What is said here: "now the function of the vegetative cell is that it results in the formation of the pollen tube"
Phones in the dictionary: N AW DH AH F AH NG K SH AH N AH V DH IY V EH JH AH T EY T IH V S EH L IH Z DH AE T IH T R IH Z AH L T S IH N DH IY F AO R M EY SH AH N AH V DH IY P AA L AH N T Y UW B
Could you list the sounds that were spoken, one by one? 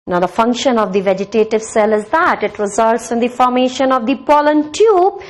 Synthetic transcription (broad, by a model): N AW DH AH F AH NG K SH AH N AH V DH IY V EH JH AH T EY T IH V S EH L IH Z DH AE T IH T R IH Z AH L T S IH N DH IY F AO R M EY SH AH N AH V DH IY P AA L AH N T Y UW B